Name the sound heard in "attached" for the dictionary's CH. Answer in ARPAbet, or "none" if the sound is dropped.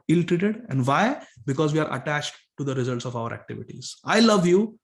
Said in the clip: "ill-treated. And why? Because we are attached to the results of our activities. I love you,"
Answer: CH